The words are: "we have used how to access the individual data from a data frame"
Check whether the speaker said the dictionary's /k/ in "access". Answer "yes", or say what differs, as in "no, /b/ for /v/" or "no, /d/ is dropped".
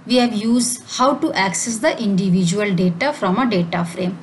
yes